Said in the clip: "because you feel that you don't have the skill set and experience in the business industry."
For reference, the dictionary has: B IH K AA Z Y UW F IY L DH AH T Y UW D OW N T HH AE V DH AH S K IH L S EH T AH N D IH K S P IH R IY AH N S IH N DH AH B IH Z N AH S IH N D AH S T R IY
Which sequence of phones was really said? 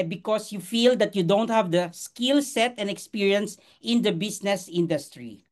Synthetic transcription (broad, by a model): B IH K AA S Y UW F IY L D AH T Y UW D OW N T HH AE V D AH S K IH L S EH T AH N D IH K S P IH R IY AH N S IH N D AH B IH S N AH S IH N D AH S T R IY